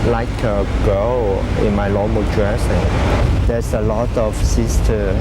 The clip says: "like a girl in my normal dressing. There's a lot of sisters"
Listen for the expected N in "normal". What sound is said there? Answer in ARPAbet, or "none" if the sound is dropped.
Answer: L